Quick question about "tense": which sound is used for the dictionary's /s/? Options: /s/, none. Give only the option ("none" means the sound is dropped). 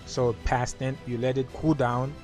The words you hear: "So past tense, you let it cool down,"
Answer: none